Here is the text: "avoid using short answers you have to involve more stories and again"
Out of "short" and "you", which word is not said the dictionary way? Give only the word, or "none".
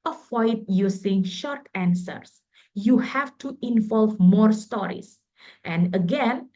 none